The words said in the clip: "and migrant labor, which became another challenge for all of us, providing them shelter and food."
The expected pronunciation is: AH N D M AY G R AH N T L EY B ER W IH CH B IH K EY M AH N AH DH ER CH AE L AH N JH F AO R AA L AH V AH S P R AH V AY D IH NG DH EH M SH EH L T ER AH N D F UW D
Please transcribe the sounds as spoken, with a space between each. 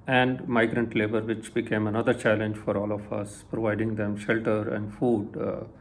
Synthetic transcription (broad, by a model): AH N D M AY G R AH N T L EY B ER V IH CH B IH K EY M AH N AH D ER CH AE L AH N JH F AO R AA L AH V AH S P R AH V AY D IH NG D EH M SH EH L T ER AH N D F UW D